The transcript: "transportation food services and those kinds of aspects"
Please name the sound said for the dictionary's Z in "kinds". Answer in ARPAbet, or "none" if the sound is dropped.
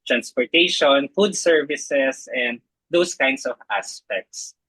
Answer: S